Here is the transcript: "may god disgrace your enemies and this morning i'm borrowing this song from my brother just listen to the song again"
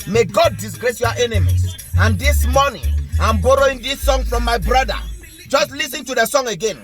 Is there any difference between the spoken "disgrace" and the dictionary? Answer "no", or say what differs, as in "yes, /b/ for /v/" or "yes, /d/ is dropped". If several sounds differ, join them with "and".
no